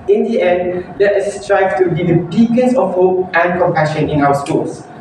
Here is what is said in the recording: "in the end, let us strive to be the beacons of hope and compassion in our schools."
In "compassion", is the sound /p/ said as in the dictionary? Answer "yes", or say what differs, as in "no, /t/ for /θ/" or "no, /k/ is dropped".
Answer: yes